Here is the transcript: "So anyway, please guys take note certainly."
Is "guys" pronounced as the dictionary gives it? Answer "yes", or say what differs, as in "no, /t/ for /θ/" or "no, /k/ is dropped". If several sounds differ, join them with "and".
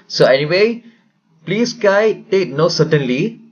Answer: no, /z/ is dropped